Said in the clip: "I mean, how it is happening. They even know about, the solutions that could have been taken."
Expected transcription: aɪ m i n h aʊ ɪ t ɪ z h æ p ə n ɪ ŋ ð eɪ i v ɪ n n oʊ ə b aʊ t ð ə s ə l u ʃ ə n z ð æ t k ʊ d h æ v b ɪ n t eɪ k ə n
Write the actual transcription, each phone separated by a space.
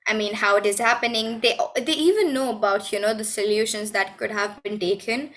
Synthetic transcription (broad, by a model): aɪ m i n h aʊ ɪ t ɪ z h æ p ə n ɪ ŋ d eɪ i v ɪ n n oʊ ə b aʊ t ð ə s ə l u ʃ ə n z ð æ t k ʊ d h æ v b ɪ n t eɪ k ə n